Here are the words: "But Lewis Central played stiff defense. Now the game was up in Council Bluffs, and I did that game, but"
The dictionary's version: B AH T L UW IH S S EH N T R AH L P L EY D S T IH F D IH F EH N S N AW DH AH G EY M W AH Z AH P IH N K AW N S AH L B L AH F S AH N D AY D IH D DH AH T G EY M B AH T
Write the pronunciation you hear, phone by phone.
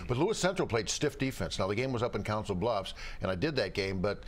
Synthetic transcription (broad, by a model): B AH T L UW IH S S EH N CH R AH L P L EY D S T IH F D IH F EH N S N AW DH AH G EY M W AH Z AH P IH N K AW N S L B L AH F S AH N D AY D IH D DH AH T G EY M B AH T